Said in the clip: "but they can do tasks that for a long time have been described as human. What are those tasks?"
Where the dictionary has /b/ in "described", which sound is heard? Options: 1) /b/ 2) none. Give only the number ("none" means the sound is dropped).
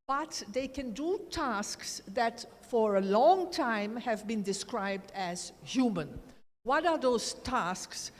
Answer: 1